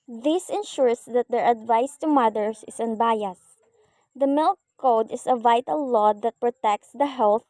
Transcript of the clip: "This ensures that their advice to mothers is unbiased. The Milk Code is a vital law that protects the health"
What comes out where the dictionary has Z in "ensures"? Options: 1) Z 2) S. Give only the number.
2